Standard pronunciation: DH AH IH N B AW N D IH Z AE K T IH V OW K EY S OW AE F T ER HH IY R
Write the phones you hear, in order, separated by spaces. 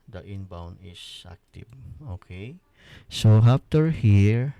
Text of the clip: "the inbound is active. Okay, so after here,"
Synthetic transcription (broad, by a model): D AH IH N B AW N IH S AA K T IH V OW K EY S OW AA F T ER HH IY R